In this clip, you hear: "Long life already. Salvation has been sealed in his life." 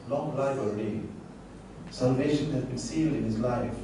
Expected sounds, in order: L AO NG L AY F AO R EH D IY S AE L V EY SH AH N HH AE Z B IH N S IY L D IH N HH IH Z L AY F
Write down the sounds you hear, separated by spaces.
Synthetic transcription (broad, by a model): L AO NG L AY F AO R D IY S AE L V EY SH AH N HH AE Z B IH N S IY L D IH N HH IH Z L AY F